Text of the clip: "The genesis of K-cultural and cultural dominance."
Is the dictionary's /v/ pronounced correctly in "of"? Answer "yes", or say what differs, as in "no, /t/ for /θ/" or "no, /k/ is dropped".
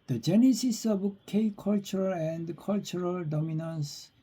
no, /b/ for /v/